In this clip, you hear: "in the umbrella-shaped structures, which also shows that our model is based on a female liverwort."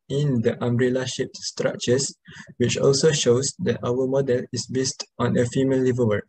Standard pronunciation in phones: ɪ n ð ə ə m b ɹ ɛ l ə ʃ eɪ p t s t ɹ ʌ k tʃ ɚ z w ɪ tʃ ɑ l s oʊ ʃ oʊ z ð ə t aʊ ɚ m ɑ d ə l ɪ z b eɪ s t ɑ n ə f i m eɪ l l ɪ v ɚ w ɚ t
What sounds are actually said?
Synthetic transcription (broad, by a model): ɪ n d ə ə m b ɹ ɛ l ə ʃ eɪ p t s t ɹ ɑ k tʃ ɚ s w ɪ tʃ ɑ l s oʊ ʃ oʊ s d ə t aʊ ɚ m ɑ d ə l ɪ s b eɪ s t ɑ n ə f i m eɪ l l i v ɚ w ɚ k